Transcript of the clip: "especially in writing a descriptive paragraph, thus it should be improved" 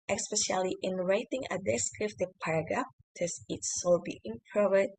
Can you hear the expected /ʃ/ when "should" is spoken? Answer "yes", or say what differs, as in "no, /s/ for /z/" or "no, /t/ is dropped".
no, /s/ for /ʃ/